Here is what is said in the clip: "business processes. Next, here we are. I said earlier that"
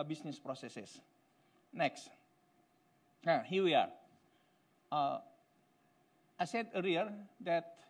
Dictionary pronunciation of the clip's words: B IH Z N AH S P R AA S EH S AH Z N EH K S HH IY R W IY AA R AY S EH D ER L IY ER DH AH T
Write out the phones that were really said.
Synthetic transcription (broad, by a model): B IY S N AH S P R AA S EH S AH S N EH K S HH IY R W IY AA R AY S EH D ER IY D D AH T